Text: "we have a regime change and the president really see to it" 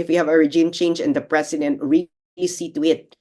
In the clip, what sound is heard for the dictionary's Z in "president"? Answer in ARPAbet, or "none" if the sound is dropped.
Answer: S